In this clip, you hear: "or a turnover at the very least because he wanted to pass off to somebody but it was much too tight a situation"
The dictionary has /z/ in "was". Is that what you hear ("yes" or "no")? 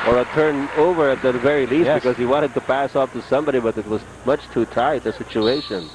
yes